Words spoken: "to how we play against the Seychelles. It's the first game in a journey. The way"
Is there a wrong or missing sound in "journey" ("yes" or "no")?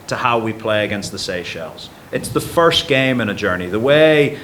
no